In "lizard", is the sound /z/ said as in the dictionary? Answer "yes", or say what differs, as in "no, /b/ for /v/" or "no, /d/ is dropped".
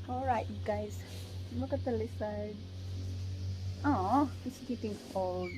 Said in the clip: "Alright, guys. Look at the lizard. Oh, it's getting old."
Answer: no, /s/ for /z/